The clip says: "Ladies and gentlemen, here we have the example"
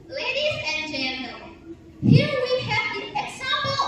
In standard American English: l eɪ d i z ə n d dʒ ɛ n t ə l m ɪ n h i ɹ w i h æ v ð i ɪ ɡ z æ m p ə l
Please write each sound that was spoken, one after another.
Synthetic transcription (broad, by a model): l eɪ d i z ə n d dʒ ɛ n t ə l ɪ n h i ɹ w i h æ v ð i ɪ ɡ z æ m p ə l